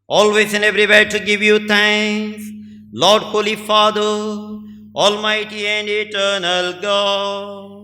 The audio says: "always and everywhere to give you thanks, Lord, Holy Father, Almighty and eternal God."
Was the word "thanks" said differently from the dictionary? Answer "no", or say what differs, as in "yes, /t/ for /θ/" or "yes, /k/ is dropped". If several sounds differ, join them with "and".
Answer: yes, /t/ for /θ/ and /k/ is dropped